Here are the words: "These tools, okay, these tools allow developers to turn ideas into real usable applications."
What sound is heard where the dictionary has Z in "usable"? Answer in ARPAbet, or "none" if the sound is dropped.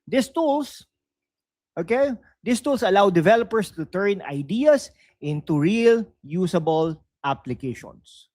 S